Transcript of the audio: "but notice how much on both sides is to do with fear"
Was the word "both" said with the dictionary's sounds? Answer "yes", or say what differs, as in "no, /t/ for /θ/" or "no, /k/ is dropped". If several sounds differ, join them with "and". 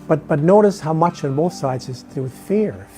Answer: yes